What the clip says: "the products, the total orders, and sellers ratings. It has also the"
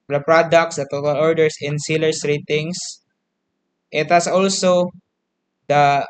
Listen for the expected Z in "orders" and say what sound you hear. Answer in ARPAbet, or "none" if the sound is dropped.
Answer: S